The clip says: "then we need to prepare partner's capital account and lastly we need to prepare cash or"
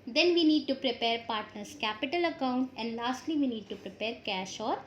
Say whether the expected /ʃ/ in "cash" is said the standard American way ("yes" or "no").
yes